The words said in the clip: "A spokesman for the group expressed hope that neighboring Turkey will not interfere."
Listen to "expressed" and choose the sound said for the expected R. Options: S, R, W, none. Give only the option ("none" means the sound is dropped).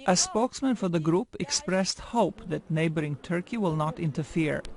R